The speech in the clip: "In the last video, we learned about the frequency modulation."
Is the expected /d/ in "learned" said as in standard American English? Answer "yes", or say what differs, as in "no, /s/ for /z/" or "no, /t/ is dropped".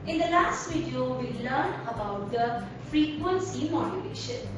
no, /d/ is dropped